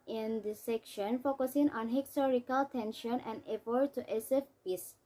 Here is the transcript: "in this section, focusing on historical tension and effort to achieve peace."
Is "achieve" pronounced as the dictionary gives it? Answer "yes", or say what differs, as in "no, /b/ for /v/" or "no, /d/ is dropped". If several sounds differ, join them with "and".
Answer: no, /s/ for /tʃ/ and /f/ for /v/